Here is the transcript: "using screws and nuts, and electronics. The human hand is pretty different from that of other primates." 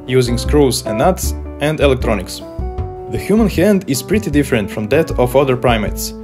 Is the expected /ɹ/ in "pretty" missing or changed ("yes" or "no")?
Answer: no